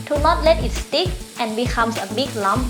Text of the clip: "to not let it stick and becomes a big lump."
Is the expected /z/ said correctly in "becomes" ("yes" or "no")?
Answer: no